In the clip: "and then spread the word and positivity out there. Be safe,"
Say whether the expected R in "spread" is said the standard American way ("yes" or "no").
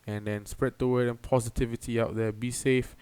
yes